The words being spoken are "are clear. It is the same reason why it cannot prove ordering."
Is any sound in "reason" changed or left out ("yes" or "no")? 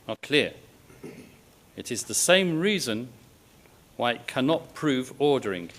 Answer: no